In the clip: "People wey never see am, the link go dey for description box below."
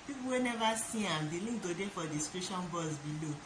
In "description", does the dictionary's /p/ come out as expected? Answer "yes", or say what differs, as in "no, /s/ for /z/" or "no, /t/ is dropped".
no, /p/ is dropped